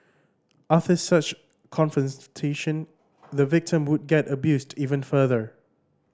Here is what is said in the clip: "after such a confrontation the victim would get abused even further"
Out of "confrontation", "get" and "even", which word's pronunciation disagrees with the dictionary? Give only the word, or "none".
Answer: confrontation